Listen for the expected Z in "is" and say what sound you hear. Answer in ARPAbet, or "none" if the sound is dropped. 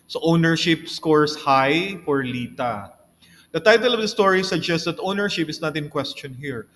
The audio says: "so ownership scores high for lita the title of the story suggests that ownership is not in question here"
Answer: S